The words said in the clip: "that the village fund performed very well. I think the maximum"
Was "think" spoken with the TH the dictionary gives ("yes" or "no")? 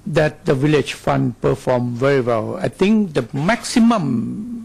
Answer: no